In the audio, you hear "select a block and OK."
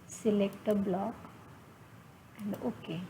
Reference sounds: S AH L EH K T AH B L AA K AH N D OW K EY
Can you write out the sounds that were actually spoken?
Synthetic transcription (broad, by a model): S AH L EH K T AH B L AA K AH N D OW K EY